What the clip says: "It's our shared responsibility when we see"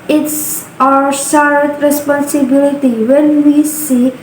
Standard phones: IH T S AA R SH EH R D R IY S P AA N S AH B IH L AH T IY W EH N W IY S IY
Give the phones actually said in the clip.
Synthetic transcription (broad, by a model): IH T S AA R S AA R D R IY S P AA N S AH B IH L AH T IY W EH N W IY S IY